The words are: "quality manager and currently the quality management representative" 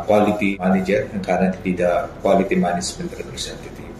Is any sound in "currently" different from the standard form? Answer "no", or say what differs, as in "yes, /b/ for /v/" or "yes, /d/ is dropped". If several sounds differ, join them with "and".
yes, /l/ is dropped